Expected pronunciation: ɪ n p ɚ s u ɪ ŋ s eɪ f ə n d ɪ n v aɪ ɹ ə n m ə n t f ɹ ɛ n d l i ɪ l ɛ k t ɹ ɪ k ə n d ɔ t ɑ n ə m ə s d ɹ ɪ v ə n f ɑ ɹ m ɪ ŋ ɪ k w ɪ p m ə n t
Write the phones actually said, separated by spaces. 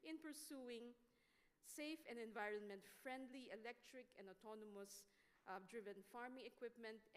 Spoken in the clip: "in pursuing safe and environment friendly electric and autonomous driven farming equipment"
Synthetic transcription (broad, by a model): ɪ n p ɚ s u ɪ ŋ s eɪ f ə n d ɪ n v aɪ ɹ ə n m ə n t f ɹ ɛ n d l i ɪ l ɛ k t ɹ ɪ k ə n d ɔ t ɑ n ə m ə s d ɹ ɪ v ə n f ɑ ɹ m ɪ ŋ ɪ k w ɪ p m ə n t